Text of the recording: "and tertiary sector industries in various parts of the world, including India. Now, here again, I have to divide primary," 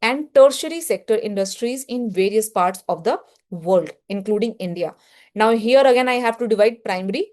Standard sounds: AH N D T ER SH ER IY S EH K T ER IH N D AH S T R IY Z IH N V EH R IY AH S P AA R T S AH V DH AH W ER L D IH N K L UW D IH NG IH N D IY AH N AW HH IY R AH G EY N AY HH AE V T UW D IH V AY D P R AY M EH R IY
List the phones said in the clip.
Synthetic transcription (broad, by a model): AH N D T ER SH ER IY S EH K T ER IH N D AH S T R IY Z IH N V EH R IY AH S P AA R T S AH V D AH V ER L D IH N K L UW D IH NG IH N D IY AH N AW HH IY R AH G EY N AY HH AE V T UW D IH V AY D P R AY M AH R IY